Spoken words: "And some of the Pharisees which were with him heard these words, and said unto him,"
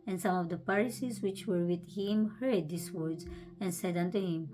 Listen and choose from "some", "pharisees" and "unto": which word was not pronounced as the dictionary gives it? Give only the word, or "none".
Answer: pharisees